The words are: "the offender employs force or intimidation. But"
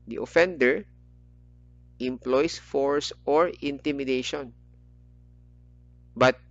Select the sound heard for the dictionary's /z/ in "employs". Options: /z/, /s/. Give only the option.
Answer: /s/